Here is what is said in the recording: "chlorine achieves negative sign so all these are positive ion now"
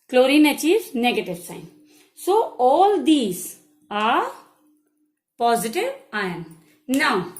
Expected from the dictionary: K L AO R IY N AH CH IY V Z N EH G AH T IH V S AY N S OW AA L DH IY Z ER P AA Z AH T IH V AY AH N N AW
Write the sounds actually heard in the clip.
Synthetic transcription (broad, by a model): K L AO R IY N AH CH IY Z N EH G AH T IH V S AY N S OW AA L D IY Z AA P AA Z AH T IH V AY AH N N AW